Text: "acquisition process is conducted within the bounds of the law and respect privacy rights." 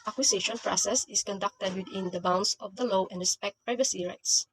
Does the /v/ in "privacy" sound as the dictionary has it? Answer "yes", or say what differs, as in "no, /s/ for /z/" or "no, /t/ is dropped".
yes